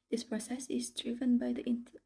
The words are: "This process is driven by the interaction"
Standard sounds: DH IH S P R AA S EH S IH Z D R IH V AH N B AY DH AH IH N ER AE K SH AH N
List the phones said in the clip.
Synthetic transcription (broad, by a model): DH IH S P R AA S EH S IH Z D R IH V AH N B AY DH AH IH N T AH